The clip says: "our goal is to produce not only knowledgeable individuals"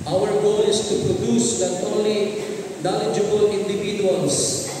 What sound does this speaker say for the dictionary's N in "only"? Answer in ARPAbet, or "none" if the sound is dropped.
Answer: none